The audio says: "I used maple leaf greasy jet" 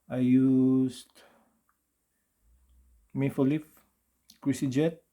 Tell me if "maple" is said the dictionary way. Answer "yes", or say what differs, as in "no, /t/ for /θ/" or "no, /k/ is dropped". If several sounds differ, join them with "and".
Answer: no, /f/ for /p/